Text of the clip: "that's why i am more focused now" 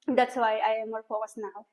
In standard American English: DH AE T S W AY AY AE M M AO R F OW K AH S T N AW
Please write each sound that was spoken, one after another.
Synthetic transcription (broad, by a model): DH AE T S W AY AY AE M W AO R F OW AH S N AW